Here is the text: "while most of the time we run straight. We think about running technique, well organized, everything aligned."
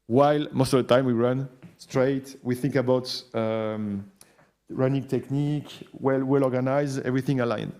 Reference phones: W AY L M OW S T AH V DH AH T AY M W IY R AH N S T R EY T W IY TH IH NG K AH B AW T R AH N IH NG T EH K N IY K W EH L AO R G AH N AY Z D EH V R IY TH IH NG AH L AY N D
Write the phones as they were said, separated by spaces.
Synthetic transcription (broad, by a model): W AY L M OW S T AH V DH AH T AY M W IY R AH N S T R EY T W IY TH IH NG K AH B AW T R AH N IH NG T EH K N IY K W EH L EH L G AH N AY Z EH V R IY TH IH NG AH L AY N